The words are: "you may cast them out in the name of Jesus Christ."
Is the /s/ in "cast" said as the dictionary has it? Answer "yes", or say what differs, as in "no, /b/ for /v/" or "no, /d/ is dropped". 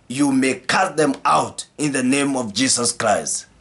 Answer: no, /s/ is dropped